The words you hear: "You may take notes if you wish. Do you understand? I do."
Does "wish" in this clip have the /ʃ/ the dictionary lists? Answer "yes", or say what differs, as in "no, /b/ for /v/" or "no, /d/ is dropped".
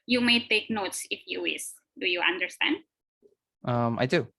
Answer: no, /s/ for /ʃ/